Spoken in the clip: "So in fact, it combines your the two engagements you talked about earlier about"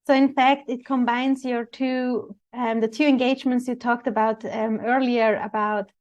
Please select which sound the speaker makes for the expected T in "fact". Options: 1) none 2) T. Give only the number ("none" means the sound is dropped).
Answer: 2